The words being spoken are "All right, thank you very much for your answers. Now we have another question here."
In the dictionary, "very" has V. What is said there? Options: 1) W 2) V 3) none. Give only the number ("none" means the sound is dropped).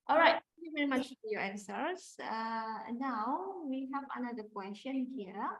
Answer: 2